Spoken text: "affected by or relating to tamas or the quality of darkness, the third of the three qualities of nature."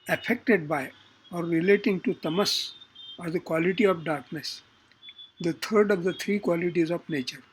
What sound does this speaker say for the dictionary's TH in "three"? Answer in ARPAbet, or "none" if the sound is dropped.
T